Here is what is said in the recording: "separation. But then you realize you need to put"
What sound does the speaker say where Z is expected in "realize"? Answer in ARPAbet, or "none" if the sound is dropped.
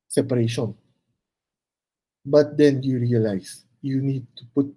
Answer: S